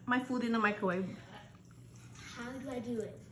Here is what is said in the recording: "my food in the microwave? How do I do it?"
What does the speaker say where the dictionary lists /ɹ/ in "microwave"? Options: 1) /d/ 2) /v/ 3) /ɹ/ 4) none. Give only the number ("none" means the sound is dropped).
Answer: 4